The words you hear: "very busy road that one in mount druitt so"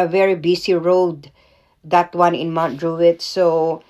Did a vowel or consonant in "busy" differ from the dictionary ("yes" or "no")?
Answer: yes